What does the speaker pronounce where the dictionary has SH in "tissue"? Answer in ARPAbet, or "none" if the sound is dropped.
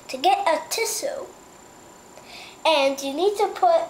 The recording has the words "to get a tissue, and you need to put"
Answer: S